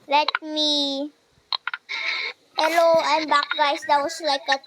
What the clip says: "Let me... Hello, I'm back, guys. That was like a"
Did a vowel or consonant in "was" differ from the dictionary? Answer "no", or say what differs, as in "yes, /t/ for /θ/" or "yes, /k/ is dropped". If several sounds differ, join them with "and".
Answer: yes, /s/ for /z/